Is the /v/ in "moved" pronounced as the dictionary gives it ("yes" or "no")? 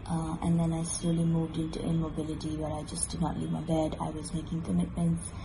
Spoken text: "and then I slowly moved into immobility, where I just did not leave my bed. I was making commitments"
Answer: yes